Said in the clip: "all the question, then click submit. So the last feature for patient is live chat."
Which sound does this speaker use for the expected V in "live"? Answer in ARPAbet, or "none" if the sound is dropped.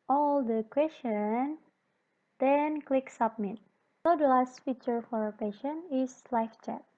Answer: F